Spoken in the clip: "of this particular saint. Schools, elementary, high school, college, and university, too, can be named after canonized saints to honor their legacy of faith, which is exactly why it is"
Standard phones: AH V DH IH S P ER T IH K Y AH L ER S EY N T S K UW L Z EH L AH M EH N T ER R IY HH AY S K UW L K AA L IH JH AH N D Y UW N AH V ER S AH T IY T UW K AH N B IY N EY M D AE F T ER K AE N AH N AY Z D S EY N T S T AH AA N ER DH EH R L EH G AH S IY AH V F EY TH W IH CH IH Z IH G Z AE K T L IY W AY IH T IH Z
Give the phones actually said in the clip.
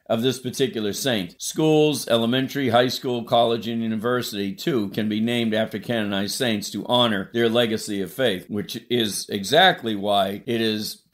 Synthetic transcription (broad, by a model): AH V DH IH S P ER T IH K Y L ER S EY N T S K UW L Z EH L AH M EH N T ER R IY HH AY S K UW L K AA L IH JH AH N Y UW N AH V ER S AH T IY T UW K AH N B IY N EY M D AE F T ER K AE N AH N AY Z S EY N T S T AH AA N ER DH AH R L EH G AH S IY AH V F EY TH W IH CH IH Z IH G Z AE K T L IY W AY IH T IH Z